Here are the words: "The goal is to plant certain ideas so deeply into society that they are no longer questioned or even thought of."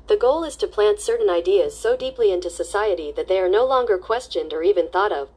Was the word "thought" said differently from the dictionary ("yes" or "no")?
no